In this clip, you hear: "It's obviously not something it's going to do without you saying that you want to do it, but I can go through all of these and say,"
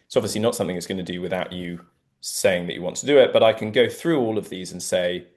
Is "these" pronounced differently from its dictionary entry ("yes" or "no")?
no